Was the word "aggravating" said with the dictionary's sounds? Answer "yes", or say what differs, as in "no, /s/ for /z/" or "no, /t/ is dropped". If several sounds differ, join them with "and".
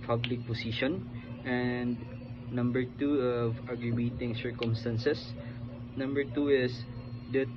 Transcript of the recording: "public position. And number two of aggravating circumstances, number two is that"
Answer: no, /b/ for /v/